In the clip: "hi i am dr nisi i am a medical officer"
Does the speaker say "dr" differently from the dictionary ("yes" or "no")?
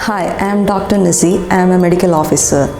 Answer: no